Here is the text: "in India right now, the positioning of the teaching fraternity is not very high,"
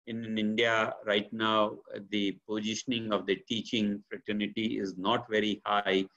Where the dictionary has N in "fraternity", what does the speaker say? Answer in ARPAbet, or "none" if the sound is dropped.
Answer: N